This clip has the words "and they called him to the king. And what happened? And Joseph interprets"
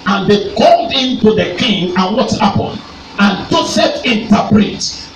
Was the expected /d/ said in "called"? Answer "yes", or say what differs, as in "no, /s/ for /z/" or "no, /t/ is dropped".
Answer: yes